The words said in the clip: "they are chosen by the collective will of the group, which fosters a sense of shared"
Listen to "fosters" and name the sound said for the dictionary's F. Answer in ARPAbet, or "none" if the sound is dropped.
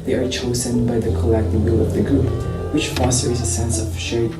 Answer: F